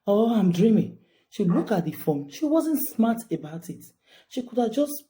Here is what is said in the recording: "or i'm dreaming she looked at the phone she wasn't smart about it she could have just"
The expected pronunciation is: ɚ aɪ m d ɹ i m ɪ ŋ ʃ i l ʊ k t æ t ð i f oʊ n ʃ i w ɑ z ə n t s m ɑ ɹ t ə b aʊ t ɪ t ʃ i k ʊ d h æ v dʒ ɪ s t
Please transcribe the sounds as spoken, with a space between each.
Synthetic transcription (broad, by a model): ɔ aɪ m d ɹ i m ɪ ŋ ʃ i l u k ɑ t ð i f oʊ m ʃ i w ɑ z ə n t s m ɑ t ə b aʊ t ɪ t ʃ i k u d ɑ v dʒ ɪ s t